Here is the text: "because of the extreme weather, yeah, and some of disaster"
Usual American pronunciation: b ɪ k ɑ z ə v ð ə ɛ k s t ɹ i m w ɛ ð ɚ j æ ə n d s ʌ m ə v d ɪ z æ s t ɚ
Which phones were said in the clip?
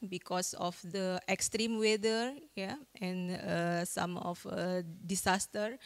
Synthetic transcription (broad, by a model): b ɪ k ɑ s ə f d ə ɛ k s t ɹ i m w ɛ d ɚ j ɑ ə n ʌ s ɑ m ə f d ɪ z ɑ s t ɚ